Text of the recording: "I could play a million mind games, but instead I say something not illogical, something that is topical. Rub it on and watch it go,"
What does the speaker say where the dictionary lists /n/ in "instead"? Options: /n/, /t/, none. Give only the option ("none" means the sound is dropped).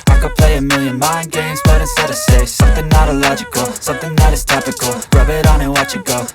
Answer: none